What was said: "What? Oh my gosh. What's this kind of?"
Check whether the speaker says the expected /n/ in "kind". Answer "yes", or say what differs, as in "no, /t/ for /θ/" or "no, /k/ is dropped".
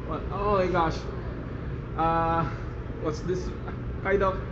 no, /n/ is dropped